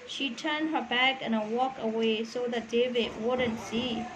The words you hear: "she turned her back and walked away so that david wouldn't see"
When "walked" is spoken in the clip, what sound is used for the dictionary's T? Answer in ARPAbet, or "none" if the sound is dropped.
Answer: none